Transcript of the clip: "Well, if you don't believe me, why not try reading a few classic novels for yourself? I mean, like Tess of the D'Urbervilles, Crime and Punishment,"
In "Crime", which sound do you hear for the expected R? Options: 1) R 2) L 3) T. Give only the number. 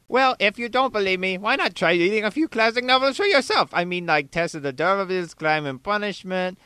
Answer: 2